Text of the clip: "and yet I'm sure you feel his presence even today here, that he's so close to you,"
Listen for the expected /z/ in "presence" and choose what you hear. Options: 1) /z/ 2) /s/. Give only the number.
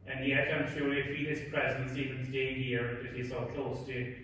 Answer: 1